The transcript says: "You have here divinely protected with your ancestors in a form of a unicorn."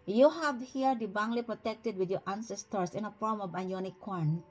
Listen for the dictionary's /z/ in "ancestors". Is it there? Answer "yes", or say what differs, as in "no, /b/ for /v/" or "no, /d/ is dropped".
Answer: no, /s/ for /z/